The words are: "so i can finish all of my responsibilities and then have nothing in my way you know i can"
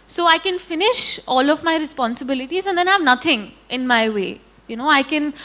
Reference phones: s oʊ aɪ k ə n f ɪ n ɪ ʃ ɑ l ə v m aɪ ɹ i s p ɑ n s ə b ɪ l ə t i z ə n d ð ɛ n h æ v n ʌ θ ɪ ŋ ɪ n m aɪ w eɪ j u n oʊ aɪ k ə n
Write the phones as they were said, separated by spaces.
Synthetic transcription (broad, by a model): s oʊ aɪ k ə n f ɪ n ɪ ʃ ɑ l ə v m aɪ ɹ i s p ɑ n s ə b ɪ l ə t i z ə n d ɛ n h æ v n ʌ t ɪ ŋ ɪ n m aɪ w eɪ j u n oʊ aɪ k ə n